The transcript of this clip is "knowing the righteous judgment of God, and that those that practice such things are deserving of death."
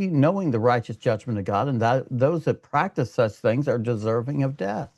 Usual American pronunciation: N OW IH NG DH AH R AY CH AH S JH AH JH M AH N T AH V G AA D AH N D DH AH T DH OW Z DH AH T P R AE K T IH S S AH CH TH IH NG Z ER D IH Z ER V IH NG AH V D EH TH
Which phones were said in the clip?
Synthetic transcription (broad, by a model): N OW IH NG DH AH R AY CH AH S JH AH JH M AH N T AH V G AA D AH N DH AH T DH OW Z DH AH T P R AE K T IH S S AH CH TH IH NG Z ER D IH Z ER V IH NG AH V D EH TH